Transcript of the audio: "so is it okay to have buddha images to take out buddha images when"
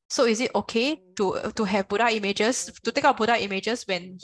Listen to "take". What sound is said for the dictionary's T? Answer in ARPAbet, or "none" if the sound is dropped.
T